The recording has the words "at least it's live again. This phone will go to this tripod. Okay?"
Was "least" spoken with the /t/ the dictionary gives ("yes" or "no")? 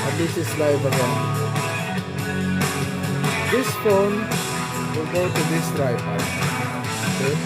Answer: no